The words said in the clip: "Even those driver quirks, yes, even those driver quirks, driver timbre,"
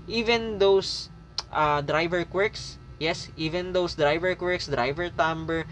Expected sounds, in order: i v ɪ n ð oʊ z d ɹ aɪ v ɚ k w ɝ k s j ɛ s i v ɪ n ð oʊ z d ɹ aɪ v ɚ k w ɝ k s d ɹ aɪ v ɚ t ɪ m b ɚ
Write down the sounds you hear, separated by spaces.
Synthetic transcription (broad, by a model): i v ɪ n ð oʊ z d ɹ aɪ v ɚ k w ɝ k s j ɛ s i v ɪ n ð oʊ s d ɹ aɪ v ɚ k w ɝ k s d ɹ aɪ v ɚ t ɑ m b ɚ